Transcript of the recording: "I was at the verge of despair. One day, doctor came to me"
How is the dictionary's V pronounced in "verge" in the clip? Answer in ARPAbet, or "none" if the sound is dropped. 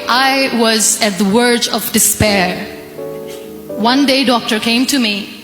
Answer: W